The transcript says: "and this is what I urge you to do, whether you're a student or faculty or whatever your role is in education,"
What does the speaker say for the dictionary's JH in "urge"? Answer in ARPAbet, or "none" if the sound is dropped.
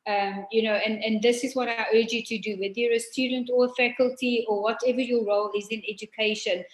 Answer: JH